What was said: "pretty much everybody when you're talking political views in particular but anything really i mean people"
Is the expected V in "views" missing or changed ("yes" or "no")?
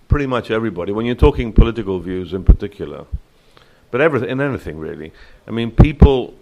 no